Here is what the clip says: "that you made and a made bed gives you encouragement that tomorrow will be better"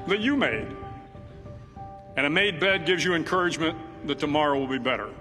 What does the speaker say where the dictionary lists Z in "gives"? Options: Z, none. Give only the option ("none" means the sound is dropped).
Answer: Z